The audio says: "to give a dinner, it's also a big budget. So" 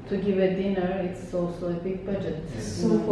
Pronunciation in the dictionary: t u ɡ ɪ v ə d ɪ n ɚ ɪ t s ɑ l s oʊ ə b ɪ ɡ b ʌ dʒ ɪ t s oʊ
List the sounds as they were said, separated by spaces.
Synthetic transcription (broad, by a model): t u ɡ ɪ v ə d ɪ n ɚ ɪ t s ɑ l s oʊ ə b ɪ ɡ b ʌ dʒ ɪ t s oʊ